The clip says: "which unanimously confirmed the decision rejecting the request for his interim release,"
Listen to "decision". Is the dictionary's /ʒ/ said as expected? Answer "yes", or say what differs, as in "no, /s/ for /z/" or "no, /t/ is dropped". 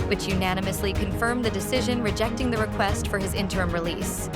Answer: yes